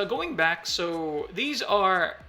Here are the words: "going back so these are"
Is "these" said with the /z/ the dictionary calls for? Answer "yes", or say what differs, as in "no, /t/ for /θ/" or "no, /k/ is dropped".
yes